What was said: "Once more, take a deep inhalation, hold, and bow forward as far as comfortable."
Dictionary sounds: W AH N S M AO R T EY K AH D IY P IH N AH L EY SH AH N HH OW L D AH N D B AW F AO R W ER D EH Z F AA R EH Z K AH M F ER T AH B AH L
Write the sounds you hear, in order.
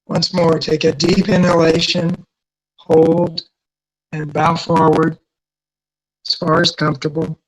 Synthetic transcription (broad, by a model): W AH N S M AO R T EY K AH D IY P IH N AH L EY SH AH N HH OW L D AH N B AW F AO R W ER D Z F AA R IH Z K AH M F T AH B L